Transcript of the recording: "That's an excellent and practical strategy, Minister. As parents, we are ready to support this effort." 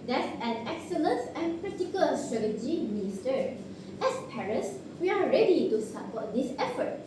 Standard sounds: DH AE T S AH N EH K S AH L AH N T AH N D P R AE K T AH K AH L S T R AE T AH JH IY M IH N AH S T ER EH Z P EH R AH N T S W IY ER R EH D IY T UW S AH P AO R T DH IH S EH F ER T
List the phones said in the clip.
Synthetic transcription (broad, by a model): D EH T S AH N EH K S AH L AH N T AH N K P R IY T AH K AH L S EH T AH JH IY M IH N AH S T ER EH S P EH R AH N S W IY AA R EH D IY T UW S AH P AO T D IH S EH F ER T